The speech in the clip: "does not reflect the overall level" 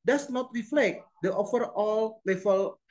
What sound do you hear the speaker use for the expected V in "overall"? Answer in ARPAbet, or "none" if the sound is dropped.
F